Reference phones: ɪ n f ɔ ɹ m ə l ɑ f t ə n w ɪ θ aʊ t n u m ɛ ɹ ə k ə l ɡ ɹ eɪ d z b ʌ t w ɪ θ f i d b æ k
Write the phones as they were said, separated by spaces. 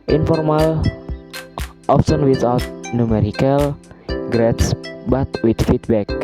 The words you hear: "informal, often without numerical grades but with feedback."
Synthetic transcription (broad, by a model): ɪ n f ɔ ɹ m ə l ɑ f s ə n w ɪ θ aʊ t n u m ɛ ɹ ə k ə l ɡ ɹ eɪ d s b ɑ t w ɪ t f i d b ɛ k